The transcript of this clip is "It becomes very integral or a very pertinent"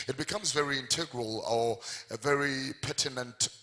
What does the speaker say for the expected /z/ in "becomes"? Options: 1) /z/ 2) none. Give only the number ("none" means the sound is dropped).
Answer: 1